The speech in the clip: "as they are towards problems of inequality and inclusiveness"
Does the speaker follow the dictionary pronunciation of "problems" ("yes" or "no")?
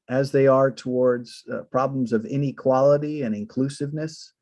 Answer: yes